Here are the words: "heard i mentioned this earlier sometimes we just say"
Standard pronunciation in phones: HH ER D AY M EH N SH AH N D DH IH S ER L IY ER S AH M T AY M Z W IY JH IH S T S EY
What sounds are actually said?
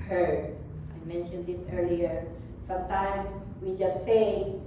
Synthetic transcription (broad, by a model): HH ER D AY M EH N SH AH N D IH S ER L IY ER S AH M T AY M S W IY JH IH S T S EY